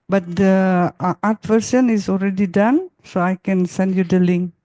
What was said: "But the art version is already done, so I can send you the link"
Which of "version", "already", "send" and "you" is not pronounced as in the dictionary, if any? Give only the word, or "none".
version